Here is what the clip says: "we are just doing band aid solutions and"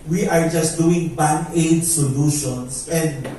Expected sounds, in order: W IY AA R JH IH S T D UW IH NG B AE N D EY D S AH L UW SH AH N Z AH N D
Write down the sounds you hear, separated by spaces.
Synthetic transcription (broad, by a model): W IY AA R JH IH S T D UW IH NG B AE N EY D S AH L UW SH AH N S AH N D